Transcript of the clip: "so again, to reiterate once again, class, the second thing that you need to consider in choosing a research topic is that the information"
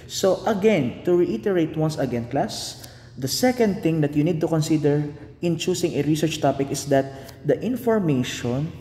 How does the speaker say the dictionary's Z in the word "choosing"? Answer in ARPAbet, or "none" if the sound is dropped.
S